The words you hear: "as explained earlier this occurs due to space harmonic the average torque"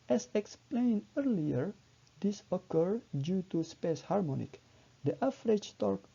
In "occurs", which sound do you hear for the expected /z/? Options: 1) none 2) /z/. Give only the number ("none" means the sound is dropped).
1